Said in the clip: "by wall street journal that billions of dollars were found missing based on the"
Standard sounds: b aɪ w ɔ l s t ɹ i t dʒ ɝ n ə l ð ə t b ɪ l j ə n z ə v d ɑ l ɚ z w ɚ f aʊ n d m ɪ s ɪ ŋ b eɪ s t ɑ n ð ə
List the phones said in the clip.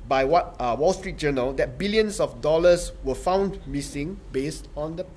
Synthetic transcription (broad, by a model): b aɪ w ɔ l s t ɹ i t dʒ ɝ n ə l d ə t b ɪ l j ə n s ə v d ɑ l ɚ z w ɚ f aʊ n d m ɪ s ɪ ŋ b eɪ s t ɑ n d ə